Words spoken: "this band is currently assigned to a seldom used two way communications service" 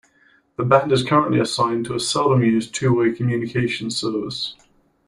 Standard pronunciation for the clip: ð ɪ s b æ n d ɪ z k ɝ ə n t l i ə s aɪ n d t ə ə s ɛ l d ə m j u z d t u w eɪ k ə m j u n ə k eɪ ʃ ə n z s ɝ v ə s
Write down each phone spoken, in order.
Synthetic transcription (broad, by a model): ð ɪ b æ n d ɪ z k ɝ ə n t l i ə s aɪ n t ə ə s ɛ l d ə m j u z t u w eɪ k ə m j u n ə k eɪ ʃ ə n s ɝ v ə s